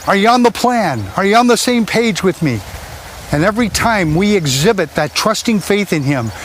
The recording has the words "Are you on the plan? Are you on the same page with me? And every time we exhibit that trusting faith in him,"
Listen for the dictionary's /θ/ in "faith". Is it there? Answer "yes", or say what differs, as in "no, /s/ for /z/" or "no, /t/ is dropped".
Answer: yes